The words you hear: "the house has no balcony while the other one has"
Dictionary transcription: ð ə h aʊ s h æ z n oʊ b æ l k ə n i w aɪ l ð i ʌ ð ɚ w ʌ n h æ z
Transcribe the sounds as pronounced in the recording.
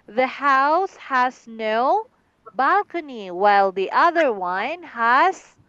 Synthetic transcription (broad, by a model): ð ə h aʊ s h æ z n oʊ b æ l k ə n i w aɪ l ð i ʌ ð ɚ w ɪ n h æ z